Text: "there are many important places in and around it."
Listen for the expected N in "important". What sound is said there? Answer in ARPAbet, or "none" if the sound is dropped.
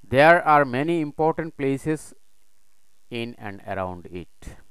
N